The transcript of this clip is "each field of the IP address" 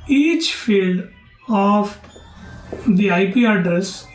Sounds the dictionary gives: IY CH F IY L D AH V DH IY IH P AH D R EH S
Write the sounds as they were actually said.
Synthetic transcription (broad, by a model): IY CH F IY L D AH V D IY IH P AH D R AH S